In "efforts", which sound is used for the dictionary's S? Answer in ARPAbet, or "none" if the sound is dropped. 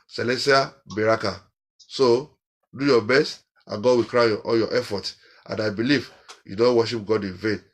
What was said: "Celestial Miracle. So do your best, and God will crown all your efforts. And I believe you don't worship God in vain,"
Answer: none